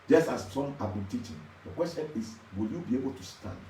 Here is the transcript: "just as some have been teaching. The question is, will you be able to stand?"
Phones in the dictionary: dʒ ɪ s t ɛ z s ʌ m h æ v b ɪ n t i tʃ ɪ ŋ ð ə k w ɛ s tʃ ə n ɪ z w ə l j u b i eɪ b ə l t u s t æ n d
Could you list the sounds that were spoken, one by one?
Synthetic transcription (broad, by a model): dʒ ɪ s t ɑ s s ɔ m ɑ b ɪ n t i tʃ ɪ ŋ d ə k w ɛ s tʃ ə n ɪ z w ə l j u b i eɪ b ə l t u s t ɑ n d